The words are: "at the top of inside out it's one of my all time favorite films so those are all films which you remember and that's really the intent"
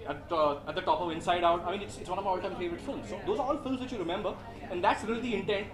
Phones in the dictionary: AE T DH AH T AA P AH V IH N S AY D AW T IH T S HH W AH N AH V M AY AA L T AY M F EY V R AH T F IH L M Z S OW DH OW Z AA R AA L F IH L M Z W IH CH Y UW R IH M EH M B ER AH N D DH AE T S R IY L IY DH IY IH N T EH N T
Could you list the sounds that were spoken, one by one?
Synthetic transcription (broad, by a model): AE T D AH T AA P AH V IH N S AY D AW T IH T S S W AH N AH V M AY AA L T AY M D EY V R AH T F IH L M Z S OW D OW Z AA R AA L F IH L M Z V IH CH Y UW R IH M EH M B ER AH N D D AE T S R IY L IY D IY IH N T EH N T